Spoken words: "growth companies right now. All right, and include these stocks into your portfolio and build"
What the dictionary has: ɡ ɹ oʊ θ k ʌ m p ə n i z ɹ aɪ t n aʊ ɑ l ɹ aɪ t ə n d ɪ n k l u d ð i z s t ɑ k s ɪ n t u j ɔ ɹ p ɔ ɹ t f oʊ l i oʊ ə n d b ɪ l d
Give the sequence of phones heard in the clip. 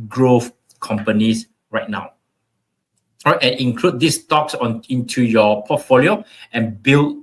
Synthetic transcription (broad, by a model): ɡ ɹ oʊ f k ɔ m p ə n i s ɹ aɪ t n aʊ ɑ w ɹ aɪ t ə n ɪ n k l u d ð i s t ɑ k s ɪ n t u j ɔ p ɔ t f oʊ l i oʊ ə n b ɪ l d